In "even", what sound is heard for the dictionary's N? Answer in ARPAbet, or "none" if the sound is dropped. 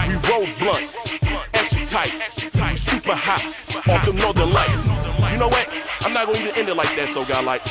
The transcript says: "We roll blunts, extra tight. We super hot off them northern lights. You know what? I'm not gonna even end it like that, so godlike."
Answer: none